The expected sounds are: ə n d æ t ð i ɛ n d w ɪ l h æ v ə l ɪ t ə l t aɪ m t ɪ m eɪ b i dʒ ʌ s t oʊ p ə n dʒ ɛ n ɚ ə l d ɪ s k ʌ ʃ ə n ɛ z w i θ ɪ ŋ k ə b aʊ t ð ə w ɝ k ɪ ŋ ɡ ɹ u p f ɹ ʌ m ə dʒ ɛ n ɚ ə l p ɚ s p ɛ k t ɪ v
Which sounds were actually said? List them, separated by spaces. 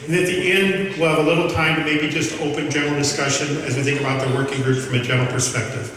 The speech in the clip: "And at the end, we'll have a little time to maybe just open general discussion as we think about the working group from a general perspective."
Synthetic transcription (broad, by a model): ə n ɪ t ð i ɛ n d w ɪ l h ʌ v ə l ɪ t l t aɪ m t ɪ m eɪ b i dʒ ʌ s t oʊ p ə n dʒ ɛ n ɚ l d ɪ s k ʌ ʃ ə n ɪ z w i θ ɪ ŋ k ə b aʊ t ð ə w ɝ k ɪ ŋ ɡ ɹ u p f ɹ ʌ m ə dʒ ɛ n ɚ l p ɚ s p ɛ k t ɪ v